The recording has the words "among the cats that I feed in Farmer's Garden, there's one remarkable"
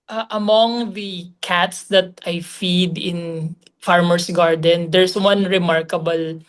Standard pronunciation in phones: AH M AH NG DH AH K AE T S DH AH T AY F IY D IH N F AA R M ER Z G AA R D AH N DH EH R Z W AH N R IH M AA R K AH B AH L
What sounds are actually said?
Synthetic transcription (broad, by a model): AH M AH NG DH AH K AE T S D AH T AY F IY D IH N F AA R M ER S G AA R D AH N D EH R S W AH N R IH M AA R K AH B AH L